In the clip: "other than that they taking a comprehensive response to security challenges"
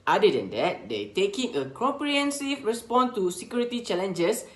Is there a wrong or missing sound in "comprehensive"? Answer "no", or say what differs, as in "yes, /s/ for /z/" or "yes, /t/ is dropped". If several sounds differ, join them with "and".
yes, /m/ is dropped